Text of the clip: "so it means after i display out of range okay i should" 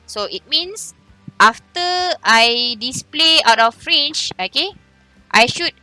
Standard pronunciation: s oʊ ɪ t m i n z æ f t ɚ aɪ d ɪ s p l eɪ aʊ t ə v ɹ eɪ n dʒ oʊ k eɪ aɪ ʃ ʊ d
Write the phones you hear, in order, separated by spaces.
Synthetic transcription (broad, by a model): s oʊ ɪ t m i n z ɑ f t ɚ aɪ d ɪ s p l eɪ aʊ t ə f ɹ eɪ n tʃ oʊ k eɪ aɪ ʃ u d